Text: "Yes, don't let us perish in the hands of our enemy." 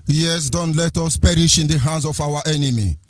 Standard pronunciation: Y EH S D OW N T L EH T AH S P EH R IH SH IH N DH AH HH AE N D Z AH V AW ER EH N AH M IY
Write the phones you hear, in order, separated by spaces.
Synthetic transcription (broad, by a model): Y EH S D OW N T L EH T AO S P EH R IH SH IH N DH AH HH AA N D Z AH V AW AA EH N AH M IY